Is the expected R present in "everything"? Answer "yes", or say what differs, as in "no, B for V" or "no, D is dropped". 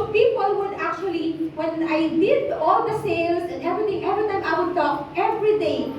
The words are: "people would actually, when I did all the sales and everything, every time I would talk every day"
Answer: no, R is dropped